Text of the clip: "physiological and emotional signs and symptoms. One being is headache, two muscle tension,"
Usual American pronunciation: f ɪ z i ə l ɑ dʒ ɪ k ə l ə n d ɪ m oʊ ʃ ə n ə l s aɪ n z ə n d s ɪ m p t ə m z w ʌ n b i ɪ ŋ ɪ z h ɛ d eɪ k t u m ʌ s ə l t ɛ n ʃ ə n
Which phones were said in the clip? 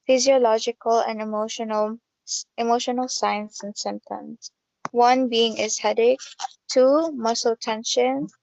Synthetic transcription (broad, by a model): f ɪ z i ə l ɑ dʒ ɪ k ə l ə n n ɪ m oʊ ʃ ə n ə l s aɪ n s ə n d s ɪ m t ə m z w ʌ n b i ɪ ŋ ɪ z h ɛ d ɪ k t u m ʌ s ə l t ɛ n ʃ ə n